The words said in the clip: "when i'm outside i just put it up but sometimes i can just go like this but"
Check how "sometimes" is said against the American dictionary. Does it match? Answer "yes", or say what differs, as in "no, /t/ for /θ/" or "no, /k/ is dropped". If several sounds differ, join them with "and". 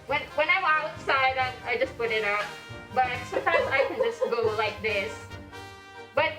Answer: yes